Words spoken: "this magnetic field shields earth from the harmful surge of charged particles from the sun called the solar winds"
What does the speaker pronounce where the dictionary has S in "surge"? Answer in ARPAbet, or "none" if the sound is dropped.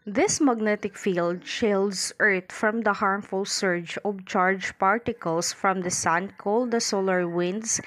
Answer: S